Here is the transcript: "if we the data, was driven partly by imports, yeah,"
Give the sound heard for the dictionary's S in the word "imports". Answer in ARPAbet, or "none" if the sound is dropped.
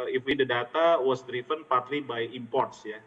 S